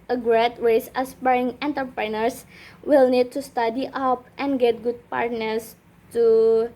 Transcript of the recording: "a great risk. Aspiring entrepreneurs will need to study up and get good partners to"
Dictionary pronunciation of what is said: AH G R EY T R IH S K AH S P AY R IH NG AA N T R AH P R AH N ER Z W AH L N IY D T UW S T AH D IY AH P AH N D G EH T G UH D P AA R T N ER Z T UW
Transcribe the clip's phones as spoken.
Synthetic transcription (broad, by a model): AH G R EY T W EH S AH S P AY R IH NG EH N T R P R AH N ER S W AH L N IY D T UW S T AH D IY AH P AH N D G EH T G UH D P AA R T N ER S T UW